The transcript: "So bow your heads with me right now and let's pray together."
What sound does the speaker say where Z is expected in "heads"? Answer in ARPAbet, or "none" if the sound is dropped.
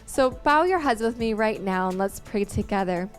Z